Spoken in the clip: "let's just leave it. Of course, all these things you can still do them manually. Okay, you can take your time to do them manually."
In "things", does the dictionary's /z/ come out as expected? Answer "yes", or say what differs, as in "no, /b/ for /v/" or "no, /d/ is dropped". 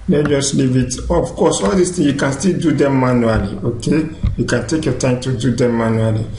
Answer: no, /z/ is dropped